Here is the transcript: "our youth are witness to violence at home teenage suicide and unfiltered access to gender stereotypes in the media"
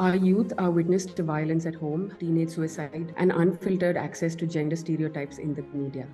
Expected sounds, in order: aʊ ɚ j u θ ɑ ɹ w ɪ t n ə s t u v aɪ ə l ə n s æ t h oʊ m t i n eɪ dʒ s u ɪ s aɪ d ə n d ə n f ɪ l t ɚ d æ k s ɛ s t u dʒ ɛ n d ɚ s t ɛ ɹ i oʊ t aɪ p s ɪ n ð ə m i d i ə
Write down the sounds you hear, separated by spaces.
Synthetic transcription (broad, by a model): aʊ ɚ j u t ɑ ɹ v ɪ t n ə s t u v aɪ ə l ə n s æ t h oʊ m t i n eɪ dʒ s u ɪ s aɪ d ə n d ə n f ɪ l t ɚ d æ k s ɛ s t u dʒ ɛ n d ɚ s t ɛ ɹ i oʊ t aɪ p s ɪ n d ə m i d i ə